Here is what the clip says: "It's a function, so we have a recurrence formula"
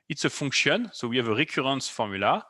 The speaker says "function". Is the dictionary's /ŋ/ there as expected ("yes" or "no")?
no